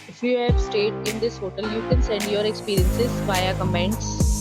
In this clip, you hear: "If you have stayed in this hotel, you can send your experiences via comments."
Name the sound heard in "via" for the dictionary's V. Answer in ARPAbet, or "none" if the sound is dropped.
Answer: B